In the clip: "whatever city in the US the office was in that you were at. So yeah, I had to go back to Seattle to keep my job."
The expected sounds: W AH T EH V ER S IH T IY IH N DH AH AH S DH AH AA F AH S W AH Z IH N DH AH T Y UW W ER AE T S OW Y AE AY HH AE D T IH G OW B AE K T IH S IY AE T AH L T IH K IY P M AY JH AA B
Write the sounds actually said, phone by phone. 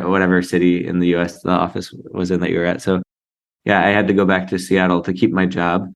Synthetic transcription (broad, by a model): W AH T EH V ER S IH T IY IH N DH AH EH S DH AH AA F AH S W AH Z IH N DH AH T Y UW W ER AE T S OW Y AE AY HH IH D T IH G OW B AE K T IH S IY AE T L T IH K IY P M AY JH AA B